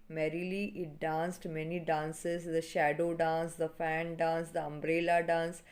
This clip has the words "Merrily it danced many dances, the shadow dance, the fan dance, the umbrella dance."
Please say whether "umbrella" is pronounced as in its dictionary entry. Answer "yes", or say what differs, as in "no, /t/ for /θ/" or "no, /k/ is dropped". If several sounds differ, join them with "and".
yes